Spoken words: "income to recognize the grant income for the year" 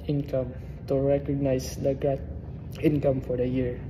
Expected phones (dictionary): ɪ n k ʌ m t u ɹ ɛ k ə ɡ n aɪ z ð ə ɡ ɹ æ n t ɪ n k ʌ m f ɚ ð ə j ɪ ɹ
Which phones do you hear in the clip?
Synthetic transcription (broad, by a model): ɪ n k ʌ m t u ɹ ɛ k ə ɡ n aɪ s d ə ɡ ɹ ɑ t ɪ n k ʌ m f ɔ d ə j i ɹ